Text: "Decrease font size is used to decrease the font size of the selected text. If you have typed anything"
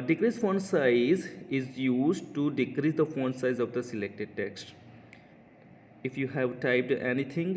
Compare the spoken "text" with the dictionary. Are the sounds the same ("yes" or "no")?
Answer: yes